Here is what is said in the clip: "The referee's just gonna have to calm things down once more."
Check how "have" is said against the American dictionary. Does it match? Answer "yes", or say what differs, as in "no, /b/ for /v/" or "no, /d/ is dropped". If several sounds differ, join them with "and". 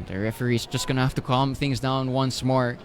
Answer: no, /f/ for /v/